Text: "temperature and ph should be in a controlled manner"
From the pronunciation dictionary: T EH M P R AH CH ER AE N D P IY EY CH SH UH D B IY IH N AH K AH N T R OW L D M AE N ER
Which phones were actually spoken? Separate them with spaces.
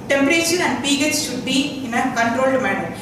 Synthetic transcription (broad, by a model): T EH M P R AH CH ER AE N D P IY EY S SH UH D B IY IH N AH K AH N T R OW L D M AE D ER